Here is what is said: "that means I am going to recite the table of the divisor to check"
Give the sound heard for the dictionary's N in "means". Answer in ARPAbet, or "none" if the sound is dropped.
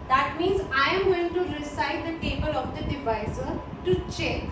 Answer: N